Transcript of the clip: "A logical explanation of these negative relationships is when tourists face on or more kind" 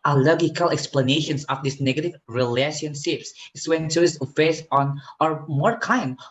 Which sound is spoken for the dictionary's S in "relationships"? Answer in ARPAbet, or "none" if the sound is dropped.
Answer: S